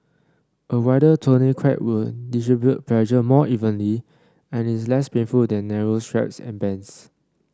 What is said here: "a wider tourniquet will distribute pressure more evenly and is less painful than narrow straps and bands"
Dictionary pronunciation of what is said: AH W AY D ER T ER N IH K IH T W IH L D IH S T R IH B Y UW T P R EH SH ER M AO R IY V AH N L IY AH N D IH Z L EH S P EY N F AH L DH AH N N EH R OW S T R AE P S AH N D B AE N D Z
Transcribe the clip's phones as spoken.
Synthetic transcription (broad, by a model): AH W AY D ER T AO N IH K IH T W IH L D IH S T R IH B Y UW T P L EH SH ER M AO IY V AH N L IY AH N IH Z L EH S P EY N F AH L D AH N N EH R OW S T R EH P S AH N B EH N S